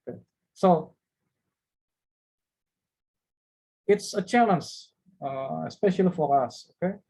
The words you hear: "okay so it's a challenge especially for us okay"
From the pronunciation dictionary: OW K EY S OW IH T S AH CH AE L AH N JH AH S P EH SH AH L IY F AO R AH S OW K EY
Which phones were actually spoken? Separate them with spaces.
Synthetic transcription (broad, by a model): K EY S OW IH T S AH CH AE N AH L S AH S P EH SH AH L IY F AO R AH S OW K EY